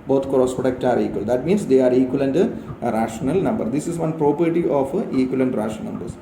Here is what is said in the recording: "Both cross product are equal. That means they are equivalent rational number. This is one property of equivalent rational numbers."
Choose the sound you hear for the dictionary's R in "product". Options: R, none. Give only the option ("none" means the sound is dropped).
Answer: none